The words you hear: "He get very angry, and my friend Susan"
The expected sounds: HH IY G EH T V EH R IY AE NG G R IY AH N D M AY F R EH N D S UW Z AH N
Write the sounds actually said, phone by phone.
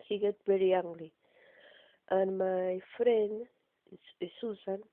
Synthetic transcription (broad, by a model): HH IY G EH T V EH R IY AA NG G L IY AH N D M AY F R EH N D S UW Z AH N